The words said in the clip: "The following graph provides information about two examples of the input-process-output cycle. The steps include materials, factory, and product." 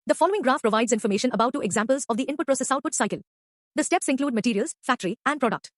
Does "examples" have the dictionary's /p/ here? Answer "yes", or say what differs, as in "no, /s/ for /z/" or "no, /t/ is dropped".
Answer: yes